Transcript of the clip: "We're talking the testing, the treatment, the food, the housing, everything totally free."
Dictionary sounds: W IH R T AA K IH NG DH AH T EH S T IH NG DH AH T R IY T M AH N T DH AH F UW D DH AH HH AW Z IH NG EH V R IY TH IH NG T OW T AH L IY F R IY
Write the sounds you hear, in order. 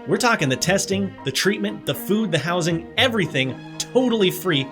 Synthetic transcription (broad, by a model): W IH R T AA K IH NG DH AH T EH S T IH NG DH AH T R IY T M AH N DH AH F UW D DH AH HH AW Z IH NG EH V R IY TH IH NG T OW T L IY F R IY